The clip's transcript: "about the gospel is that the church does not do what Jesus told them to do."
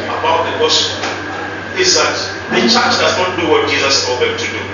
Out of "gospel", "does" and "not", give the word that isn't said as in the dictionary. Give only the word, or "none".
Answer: gospel